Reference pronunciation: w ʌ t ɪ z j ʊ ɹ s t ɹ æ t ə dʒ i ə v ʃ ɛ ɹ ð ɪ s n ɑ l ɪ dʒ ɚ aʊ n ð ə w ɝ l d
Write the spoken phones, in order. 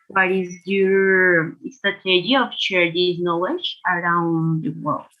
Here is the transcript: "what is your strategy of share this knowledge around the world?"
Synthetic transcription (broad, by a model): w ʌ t ɪ z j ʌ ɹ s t ɑ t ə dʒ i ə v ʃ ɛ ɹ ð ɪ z n ɑ l ɪ dʒ ɚ aʊ n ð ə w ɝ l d